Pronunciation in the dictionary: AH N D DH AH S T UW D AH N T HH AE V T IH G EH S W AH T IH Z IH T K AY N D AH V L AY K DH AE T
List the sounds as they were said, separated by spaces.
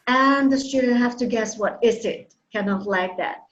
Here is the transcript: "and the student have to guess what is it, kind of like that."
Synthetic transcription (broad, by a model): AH N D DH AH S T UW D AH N HH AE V T IH G EH S W AH T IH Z IH T K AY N AH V L AY K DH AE T